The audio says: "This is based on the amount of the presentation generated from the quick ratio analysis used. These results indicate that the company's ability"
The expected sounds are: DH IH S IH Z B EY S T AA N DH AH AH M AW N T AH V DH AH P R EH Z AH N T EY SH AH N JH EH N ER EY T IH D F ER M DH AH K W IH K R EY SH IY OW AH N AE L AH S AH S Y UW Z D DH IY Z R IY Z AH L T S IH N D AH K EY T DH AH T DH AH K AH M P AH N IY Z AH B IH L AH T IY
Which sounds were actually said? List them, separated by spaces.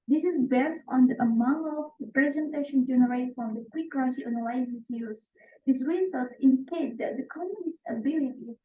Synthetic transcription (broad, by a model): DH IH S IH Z B EY S T AA N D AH AH M AW N T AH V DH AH P R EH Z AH N T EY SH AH N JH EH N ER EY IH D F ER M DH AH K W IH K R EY S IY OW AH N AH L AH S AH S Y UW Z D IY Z R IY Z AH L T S IH N D AH K EY T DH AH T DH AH K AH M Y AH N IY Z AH B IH L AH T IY